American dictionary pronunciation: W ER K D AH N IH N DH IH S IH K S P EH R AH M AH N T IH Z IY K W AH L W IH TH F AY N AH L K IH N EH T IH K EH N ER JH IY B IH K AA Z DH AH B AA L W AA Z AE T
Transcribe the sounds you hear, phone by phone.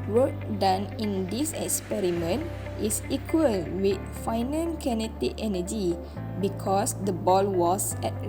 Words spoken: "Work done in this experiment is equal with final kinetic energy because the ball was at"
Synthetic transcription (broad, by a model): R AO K D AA N IH N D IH S IH K S P EH R AH M AH N T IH S IY K W AH L W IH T F AY N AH N K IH N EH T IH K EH N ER JH IY B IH K AA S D AH B AA L W AA S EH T